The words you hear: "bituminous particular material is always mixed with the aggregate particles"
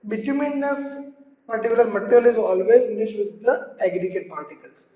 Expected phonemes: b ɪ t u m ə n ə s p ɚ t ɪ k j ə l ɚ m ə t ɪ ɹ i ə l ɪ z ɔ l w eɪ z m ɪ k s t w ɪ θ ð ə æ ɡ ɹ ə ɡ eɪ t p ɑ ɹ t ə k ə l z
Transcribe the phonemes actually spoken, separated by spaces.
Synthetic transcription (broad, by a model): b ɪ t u m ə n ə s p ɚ t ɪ k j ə l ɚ m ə t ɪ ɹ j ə l ɪ z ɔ l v eɪ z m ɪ s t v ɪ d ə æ ɡ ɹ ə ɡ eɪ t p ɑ ɹ t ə k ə l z